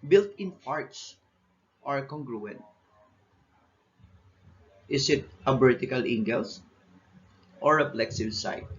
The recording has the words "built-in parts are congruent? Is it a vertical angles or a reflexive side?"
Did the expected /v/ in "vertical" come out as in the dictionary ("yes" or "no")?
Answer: no